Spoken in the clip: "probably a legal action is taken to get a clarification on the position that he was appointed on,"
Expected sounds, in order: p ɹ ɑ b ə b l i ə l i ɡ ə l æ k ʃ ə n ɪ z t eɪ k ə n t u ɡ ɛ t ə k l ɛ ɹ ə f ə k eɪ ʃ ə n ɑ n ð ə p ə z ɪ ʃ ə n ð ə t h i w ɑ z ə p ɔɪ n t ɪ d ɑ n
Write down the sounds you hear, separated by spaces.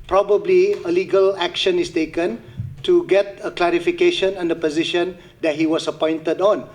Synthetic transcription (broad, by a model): p ɹ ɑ b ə b l i ə l i ɡ ə l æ k ʃ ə n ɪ s t eɪ k ə n t u ɡ ɛ t ə k l ɛ ɹ ə f ə k eɪ ʃ ə n ɑ n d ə p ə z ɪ ʃ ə n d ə t h i w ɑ s ə p ɔɪ n t ɪ d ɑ n